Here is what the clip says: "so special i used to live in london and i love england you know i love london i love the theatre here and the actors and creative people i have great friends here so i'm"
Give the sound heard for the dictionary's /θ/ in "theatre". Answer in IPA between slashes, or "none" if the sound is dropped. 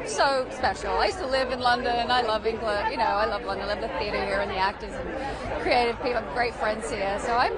/θ/